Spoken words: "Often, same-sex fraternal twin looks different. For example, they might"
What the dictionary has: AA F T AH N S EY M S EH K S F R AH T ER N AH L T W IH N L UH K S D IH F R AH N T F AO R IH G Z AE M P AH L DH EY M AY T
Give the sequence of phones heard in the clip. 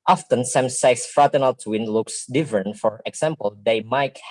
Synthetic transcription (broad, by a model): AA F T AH N S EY M S EH K S F R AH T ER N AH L T W IH N L UH K S D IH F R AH N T F AO R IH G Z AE M P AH L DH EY M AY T